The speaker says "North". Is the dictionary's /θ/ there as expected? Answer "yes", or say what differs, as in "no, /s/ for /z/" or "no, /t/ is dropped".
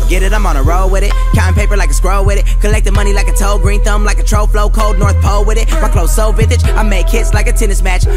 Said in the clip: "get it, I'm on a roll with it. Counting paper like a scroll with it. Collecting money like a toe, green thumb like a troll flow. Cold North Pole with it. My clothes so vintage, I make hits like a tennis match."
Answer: yes